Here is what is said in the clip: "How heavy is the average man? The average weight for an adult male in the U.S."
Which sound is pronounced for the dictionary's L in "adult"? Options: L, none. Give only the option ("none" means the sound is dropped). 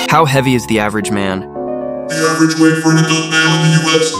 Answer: none